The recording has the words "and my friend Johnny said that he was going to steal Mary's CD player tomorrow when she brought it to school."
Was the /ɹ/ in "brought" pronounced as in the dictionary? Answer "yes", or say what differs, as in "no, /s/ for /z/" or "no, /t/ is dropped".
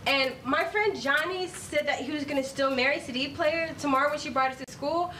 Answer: yes